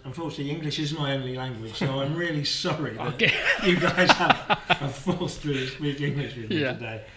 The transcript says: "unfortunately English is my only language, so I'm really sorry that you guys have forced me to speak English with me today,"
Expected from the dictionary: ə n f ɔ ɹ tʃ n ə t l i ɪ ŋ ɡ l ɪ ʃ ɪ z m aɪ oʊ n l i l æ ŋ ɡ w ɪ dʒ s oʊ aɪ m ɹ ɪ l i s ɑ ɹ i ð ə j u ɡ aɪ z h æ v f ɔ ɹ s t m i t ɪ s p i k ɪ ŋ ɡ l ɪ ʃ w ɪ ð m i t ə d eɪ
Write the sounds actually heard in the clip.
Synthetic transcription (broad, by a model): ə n f ɔ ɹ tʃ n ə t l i ɪ ŋ ɡ l ɪ ʃ ɪ z m aɪ oʊ n l i l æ ŋ ɡ w ɪ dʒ s oʊ aɪ m ɹ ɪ l i s ɑ ɹ i ð ə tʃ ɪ ɡ aɪ z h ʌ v f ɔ l s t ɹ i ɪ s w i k ɪ ŋ ɡ l ɪ ʃ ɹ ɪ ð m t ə d eɪ